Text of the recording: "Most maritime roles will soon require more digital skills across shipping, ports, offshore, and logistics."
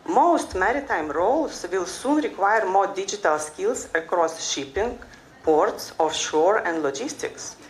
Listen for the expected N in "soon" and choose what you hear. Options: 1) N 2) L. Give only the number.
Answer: 1